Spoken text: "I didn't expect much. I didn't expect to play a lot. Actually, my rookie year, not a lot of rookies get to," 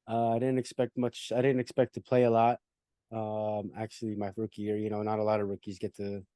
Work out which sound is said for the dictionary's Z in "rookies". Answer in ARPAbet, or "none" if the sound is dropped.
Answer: Z